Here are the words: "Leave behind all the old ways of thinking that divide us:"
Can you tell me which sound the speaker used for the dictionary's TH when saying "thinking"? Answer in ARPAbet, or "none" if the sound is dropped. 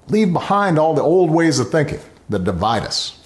TH